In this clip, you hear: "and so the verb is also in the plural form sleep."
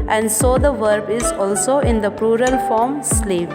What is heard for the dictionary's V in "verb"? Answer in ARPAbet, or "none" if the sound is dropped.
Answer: V